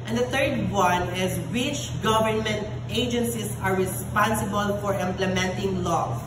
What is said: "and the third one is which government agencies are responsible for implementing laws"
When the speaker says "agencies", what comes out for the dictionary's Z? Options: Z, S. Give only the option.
S